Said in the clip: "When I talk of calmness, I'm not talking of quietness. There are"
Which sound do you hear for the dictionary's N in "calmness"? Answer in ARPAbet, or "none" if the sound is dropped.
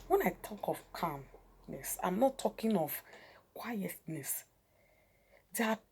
N